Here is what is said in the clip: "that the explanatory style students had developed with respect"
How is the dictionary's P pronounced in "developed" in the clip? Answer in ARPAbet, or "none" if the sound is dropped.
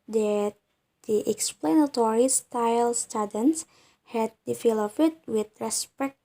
F